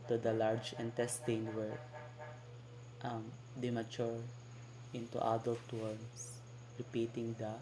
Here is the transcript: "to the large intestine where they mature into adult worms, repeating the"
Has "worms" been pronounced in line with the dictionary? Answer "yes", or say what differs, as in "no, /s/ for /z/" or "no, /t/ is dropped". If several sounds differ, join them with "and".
no, /s/ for /z/